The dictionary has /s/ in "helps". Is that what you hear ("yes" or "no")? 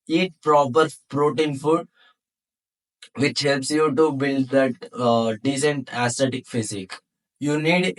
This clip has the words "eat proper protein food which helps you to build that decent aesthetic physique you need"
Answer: yes